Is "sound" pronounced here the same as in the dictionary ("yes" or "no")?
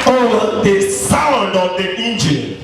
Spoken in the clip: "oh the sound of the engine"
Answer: yes